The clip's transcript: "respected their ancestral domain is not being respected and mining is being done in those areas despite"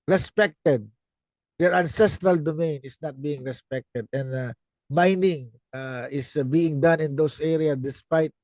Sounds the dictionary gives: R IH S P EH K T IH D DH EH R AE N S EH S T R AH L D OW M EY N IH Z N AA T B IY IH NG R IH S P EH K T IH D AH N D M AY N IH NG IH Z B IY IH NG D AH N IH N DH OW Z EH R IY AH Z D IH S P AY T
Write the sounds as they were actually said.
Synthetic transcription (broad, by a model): R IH S P EH K T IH D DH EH R AE N S EH S T R AH L D OW M EY N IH S N AA T B IY IH NG R IH S P EH K T IH D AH N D M AY N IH NG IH S B IY IH NG D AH N IH N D OW S EH R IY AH S D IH S P AY T